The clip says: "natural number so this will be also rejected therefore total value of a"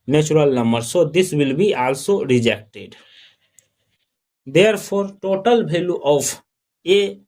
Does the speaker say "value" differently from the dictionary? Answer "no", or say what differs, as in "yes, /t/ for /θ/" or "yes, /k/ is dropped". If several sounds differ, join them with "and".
yes, /b/ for /v/